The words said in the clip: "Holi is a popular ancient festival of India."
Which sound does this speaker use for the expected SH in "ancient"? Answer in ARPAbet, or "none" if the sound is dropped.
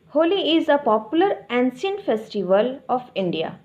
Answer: S